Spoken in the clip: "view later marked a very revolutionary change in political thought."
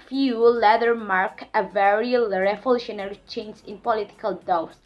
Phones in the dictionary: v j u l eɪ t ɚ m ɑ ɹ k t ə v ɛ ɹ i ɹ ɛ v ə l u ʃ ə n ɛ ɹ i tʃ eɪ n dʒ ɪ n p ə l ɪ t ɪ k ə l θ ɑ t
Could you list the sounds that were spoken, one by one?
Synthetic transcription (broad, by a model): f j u l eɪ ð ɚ m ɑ ɹ k ə v ɛ ɹ i ɹ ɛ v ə l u ʃ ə n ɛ ɹ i tʃ eɪ n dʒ ɪ n p ə l ɪ t ɪ k ə l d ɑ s